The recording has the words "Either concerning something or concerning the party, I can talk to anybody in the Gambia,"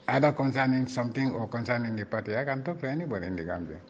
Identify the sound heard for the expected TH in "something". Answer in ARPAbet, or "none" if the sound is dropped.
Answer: T